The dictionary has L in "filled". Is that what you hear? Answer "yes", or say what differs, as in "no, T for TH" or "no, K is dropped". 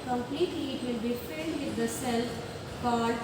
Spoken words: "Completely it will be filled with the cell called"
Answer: no, N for L